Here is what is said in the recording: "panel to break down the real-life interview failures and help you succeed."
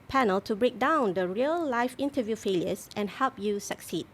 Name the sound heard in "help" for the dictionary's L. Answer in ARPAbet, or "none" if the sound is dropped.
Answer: L